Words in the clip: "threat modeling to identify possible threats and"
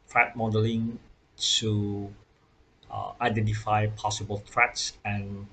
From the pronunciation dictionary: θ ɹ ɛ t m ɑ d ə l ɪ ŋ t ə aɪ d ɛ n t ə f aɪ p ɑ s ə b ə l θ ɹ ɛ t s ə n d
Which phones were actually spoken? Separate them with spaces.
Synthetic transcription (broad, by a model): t ɹ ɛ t m ɑ d ə l ɪ ŋ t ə aɪ d ɛ n t ə f aɪ p ɑ s ə b ə l t ɹ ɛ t s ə n